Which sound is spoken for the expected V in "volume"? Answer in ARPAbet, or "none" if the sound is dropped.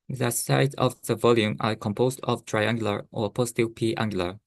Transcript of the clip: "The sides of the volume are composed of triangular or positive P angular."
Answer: V